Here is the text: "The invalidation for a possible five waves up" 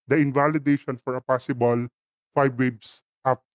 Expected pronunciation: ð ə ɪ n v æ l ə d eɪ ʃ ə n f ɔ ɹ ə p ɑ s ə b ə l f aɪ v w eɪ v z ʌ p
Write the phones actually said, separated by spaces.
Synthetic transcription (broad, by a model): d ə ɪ n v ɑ l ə d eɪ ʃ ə n f ɔ ɹ ə p ɑ s ə b ə l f aɪ b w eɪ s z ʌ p